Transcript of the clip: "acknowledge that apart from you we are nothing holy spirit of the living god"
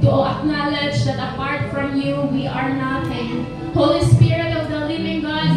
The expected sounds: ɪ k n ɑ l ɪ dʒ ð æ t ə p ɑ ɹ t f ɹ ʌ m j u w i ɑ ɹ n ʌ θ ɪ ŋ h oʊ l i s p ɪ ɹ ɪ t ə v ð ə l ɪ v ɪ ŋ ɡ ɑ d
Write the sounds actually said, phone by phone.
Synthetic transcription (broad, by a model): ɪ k n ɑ l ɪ dʒ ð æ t ə p ɑ ɹ t f ɹ ʌ m j u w i ɑ ɹ n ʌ t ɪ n h oʊ l i s p ɪ ɹ ɪ t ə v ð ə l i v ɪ ŋ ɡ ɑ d